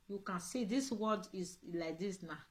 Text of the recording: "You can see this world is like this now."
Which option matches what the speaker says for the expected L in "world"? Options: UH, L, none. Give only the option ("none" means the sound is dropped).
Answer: none